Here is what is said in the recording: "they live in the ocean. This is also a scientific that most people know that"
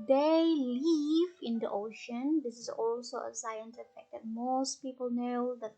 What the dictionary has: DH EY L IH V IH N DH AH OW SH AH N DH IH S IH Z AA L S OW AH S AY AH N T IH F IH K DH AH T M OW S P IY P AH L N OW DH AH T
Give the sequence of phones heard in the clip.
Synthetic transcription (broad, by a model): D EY L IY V IH N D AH OW SH AH N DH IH S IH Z AA L S OW AH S AY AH N S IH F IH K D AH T M OW S P IY P AH L N OW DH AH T